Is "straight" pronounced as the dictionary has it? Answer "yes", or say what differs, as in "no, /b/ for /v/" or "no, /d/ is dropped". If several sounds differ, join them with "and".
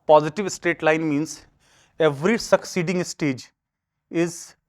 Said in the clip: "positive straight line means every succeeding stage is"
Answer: no, /ɹ/ is dropped